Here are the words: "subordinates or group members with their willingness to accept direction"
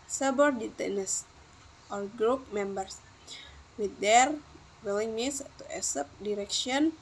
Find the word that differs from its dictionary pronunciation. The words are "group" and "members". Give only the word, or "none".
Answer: members